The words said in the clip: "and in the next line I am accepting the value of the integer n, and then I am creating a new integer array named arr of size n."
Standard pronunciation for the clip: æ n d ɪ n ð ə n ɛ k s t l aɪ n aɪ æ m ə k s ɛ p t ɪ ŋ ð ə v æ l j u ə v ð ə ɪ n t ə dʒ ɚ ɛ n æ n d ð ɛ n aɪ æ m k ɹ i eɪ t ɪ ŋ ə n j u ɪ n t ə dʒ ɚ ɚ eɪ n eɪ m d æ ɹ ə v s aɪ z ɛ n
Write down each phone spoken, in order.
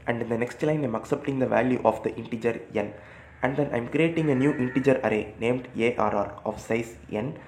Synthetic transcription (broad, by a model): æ n d ɪ n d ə n ɛ k s t l aɪ n aɪ m ə k s ɛ p t ɪ ŋ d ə v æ l j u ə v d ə ɪ n t ə dʒ ɚ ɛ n æ n d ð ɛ n aɪ m k ɹ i eɪ t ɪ ŋ ə n j u ɪ n t ə dʒ ɚ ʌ eɪ n eɪ m d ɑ ɹ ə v s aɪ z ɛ n